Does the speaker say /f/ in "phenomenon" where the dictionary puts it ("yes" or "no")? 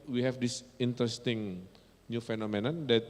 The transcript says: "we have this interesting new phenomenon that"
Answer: yes